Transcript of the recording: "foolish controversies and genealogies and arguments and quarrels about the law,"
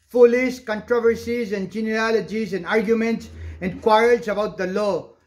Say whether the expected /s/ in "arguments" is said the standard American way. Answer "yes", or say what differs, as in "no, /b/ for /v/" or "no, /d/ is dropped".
yes